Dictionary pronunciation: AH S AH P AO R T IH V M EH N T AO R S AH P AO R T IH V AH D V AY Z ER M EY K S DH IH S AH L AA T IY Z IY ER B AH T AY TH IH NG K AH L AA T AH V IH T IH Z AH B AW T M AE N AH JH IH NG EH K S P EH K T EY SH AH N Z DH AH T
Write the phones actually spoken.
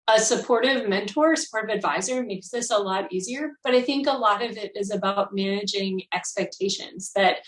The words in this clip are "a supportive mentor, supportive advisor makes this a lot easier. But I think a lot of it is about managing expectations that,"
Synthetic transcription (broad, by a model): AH S AH P AO R T IH V M EH N T AO R S AH P AO R T IH V AH D V AY Z ER M EY K S DH IH S AH L AA T IY Z IY ER B AH T AY TH IH NG K AH L AA T AH V IH T IH Z AH B AW T M AE N AH JH IH NG EH K S P EH K T EY SH AH N Z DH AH T